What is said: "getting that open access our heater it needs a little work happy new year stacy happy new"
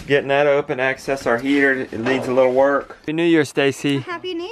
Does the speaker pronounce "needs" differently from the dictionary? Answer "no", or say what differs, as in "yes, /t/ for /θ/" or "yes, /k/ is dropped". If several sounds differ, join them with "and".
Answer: yes, /l/ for /n/